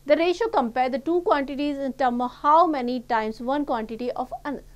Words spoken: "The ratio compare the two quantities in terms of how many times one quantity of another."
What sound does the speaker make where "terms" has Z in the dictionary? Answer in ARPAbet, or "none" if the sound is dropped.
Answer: none